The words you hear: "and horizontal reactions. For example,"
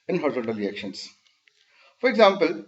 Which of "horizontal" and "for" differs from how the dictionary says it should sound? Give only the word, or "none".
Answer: horizontal